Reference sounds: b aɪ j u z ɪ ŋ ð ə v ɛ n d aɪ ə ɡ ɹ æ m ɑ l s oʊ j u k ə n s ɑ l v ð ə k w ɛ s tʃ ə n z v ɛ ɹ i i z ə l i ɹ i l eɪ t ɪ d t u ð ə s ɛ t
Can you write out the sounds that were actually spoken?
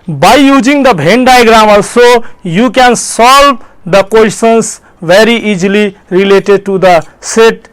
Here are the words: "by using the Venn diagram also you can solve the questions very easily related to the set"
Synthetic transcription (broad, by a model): b aɪ j u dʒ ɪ ŋ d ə b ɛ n d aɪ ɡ ɹ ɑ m ɑ l s oʊ j u k ə n s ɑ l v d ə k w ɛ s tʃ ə n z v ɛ ɹ i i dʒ l i ɹ i l eɪ t ɪ d t u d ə s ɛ t